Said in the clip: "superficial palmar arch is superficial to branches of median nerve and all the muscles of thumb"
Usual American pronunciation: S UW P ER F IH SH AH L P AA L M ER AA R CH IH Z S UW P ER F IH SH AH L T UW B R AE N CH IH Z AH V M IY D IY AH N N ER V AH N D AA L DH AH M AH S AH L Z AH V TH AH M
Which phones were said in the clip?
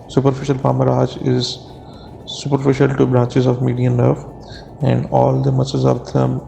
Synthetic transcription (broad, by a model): S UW P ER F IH SH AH L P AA M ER AA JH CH IH Z S UW P ER F IH SH AH L T UW B R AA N CH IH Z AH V M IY D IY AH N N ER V AH N D AA L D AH M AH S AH Z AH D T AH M